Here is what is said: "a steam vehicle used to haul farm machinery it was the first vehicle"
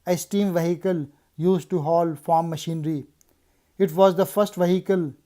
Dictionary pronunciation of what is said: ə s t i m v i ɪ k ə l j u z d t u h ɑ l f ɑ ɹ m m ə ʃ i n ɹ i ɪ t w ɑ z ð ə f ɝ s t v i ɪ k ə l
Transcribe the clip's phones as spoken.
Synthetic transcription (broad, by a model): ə s t i m v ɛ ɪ k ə l j u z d t u h ɑ l f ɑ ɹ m m ə ʃ i n ɹ i ɪ t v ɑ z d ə f ɝ s t v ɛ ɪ k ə l